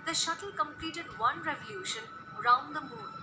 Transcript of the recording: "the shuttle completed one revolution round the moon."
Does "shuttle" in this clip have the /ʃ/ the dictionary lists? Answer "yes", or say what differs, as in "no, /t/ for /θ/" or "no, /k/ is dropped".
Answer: yes